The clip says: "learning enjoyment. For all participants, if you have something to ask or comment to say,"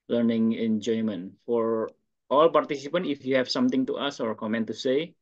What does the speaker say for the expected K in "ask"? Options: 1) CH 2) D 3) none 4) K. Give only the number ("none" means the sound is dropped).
3